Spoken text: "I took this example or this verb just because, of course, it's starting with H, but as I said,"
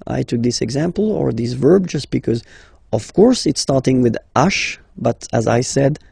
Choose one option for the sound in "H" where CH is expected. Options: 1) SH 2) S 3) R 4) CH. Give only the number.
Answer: 1